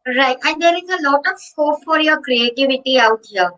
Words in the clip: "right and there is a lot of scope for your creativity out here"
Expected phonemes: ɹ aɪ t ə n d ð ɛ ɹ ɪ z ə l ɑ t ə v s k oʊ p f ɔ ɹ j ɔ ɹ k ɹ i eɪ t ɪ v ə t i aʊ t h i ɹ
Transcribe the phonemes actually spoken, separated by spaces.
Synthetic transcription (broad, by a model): ɹ aɪ t ə n d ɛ ɹ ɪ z ə l ɑ t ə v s oʊ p f ɔ ɹ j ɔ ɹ k ɹ i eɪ t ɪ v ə t i aʊ t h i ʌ